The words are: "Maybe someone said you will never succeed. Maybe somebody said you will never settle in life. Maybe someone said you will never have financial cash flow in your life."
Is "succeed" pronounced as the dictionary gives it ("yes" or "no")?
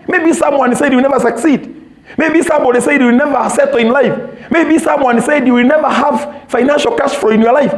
yes